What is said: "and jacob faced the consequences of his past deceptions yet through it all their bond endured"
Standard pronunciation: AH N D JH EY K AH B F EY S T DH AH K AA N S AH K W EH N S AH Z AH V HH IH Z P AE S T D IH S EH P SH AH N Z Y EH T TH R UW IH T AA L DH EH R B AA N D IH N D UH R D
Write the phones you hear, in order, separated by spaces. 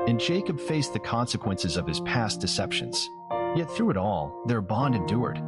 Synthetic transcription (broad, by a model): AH N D JH EY K AH B F EY S DH AH K AA N S AH K W EH N S AH Z AH V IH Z P AE S D IH S EH P SH AH N Z Y EH T TH R UW IH T AA L DH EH R B AA N D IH N D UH R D